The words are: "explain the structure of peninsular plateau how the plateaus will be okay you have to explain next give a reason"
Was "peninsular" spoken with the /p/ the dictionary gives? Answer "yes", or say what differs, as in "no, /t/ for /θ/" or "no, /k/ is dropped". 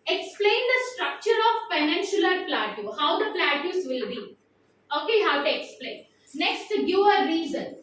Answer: no, /f/ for /p/